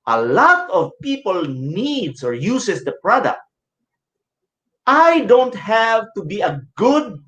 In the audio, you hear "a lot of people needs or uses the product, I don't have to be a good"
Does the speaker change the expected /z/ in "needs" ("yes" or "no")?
yes